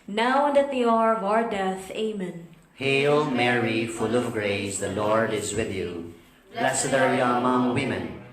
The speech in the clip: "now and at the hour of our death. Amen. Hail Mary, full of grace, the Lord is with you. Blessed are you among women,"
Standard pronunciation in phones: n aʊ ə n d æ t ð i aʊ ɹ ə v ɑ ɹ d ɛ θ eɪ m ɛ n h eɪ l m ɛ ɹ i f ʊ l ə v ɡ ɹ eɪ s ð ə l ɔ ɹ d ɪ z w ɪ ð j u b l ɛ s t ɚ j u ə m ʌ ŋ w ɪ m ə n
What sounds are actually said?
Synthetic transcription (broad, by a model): n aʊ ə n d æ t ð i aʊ ɹ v ɑ ɹ d ɛ θ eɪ m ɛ n h eɪ l m ɛ ɹ i f ʊ l ə v ɡ ɹ eɪ s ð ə l ɔ ɹ d ɪ z w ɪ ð j u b l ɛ s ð ɚ j u ə m ʌ ŋ w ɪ m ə n